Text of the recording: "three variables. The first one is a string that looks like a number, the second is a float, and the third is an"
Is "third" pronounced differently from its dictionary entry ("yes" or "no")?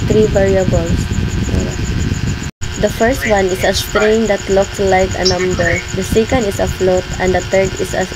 yes